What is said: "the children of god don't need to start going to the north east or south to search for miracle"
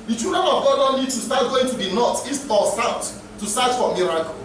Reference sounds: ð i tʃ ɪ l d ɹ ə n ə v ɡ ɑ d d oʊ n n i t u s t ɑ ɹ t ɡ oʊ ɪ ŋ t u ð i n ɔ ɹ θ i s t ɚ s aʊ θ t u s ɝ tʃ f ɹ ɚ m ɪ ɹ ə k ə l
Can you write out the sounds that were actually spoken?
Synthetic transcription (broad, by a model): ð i tʃ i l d ɹ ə n ə v ɡ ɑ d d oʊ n l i t u s t ɑ t ɡ oʊ ɪ ŋ t u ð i n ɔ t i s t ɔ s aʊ t t u s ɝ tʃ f ɹ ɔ m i ɹ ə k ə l